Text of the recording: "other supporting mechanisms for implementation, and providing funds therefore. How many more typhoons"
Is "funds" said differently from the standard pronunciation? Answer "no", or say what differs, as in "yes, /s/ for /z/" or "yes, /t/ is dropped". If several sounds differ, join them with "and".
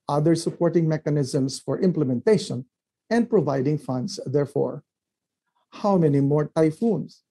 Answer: yes, /s/ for /z/